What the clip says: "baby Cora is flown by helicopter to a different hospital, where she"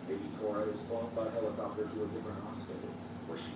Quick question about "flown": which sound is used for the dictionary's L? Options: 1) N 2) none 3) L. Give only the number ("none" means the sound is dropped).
2